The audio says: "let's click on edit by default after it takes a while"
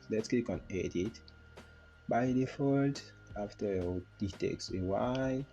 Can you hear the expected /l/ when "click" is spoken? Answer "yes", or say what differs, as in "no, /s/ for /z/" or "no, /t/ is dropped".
no, /l/ is dropped